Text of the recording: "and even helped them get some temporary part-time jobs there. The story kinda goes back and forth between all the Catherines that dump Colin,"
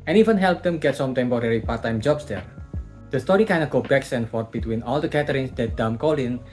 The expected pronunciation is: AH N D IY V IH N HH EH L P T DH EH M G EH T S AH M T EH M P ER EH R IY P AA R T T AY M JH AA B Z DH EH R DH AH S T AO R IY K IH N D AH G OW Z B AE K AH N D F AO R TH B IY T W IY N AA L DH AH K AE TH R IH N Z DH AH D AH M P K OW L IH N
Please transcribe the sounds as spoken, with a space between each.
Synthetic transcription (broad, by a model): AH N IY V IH N HH EH L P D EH M G EH T S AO M T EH M P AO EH R IY P AA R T T AY M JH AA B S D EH R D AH S T AO R IY K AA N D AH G OW B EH K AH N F AO R T B IY T W IY N AA L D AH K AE T R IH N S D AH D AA M K OW L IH N